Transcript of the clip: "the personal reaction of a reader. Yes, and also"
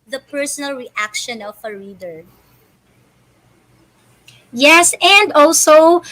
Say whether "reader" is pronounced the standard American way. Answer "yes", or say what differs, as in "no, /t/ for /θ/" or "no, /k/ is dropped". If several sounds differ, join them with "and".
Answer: yes